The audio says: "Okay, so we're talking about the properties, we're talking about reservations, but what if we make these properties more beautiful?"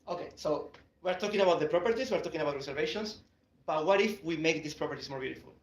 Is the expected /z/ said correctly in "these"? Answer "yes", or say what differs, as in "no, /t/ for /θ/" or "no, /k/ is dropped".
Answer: no, /s/ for /z/